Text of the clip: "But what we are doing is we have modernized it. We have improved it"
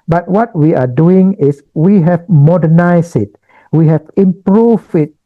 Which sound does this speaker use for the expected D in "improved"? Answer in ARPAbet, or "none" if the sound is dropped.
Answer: none